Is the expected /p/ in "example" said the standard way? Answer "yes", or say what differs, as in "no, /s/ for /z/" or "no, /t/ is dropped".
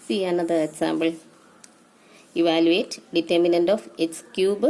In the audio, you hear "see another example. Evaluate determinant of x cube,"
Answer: no, /b/ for /p/